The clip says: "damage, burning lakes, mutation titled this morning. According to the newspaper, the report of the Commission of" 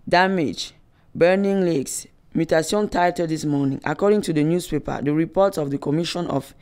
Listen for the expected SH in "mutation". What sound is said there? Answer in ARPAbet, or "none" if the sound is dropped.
S